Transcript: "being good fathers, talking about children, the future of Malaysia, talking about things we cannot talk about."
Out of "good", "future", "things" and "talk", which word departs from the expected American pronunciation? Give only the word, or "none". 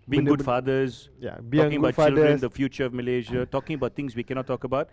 things